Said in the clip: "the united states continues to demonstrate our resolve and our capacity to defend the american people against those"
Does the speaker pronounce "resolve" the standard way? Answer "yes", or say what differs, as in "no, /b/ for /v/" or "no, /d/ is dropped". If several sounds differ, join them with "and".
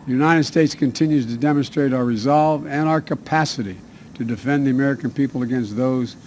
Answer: yes